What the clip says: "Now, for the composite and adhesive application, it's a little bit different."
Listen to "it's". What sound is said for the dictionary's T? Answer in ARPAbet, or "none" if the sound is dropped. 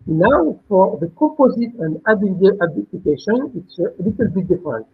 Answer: T